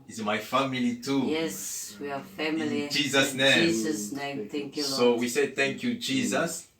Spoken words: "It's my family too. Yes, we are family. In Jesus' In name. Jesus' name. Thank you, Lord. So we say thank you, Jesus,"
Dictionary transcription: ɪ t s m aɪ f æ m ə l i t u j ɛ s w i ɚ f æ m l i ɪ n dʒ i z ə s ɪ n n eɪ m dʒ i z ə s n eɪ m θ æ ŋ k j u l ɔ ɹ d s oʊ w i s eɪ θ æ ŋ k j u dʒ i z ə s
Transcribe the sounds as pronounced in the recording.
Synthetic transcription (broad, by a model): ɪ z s m aɪ f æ m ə l i t u j ɛ s w i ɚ f æ m l i dʒ i z ə s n n eɪ m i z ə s n eɪ m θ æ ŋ k j u s oʊ w i s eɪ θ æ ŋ k j u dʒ i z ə s